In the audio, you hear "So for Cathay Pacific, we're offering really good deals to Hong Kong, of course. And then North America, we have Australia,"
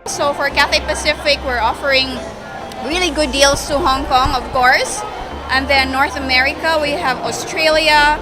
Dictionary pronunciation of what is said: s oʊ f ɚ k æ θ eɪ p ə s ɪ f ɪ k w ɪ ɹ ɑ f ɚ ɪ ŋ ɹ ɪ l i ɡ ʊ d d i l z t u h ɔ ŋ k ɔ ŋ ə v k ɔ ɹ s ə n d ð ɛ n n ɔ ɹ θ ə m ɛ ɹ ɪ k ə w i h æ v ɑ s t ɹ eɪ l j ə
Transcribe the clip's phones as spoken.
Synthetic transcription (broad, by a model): s oʊ f ɚ k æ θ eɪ p ə s ɪ f ɪ k w ɪ ɹ ɑ f ɚ ɪ ŋ ɹ ɪ l i ɡ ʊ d d i l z t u h ɔ ŋ k ɔ ŋ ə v k ɔ ɹ s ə n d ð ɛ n n ɔ ɹ θ ə m ɛ ɹ ɪ k ə w i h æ v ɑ s t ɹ eɪ l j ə